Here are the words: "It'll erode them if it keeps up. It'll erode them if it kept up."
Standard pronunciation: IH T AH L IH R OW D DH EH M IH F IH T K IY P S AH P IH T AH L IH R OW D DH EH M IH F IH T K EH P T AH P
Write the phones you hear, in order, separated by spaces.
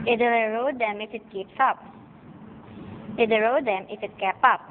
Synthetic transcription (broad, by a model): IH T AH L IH R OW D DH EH M IH F IH T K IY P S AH P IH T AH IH R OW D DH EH M IH F IH T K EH P AH P